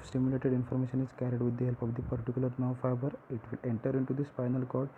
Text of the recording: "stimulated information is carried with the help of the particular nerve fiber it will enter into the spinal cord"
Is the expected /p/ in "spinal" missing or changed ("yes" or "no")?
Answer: yes